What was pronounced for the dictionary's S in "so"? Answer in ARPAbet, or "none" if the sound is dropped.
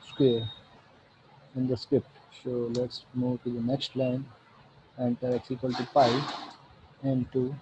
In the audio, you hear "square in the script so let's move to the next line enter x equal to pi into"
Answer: S